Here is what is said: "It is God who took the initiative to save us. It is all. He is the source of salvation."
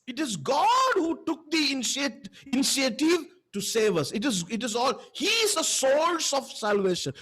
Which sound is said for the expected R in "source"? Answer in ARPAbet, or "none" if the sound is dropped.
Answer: L